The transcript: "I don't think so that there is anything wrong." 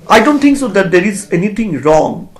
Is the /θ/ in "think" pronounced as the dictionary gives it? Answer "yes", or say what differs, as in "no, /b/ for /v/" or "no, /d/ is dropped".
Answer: no, /t/ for /θ/